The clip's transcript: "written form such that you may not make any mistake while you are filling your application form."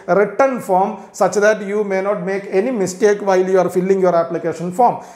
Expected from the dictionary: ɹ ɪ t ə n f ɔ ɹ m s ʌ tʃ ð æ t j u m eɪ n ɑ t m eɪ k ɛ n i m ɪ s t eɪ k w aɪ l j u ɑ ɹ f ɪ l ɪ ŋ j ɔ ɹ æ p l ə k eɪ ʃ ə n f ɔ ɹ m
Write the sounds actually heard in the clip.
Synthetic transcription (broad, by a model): ɹ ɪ t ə n f ɔ ɹ m s ʌ tʃ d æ t j u m eɪ n ɑ t m eɪ k ɛ n i m ɪ s t eɪ k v aɪ l j u ɑ ɹ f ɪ l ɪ ŋ j ɔ ɹ æ p l ə k eɪ ʃ ə n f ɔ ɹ m